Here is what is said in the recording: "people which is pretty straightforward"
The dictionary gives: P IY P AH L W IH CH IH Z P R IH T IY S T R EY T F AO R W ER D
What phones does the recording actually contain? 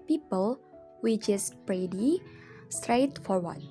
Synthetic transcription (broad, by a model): P IY P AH L W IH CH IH S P R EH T IY S T R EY T F AO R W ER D